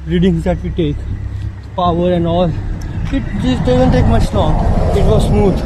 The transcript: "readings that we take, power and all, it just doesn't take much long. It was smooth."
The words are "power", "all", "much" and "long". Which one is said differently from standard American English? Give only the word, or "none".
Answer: long